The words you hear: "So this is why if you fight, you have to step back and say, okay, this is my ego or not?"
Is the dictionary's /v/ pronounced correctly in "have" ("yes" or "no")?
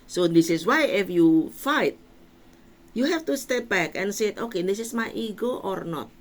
no